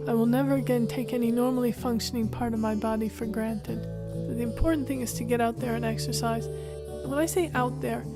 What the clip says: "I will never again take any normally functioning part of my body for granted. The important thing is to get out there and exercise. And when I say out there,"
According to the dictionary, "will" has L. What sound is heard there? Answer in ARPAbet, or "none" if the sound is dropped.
L